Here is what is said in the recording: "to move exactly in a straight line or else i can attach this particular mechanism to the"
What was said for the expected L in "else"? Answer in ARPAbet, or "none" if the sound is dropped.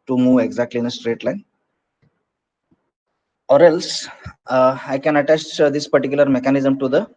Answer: L